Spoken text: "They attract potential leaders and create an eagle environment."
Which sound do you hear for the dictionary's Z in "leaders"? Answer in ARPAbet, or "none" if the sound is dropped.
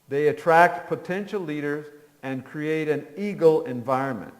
Z